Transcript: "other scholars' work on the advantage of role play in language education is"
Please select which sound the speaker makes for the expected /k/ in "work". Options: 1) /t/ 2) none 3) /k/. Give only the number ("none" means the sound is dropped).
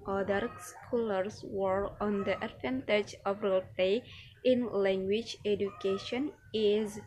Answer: 2